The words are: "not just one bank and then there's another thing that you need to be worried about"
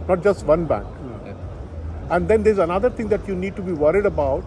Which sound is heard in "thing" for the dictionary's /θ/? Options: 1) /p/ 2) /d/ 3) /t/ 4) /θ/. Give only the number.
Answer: 3